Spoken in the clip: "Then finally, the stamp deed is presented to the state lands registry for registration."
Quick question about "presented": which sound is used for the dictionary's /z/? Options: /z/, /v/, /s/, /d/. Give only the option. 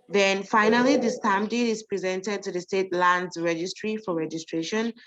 /z/